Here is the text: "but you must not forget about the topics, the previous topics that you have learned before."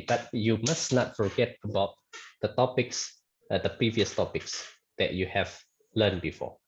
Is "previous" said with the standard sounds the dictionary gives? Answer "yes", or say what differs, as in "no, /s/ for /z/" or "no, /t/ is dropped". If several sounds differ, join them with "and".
yes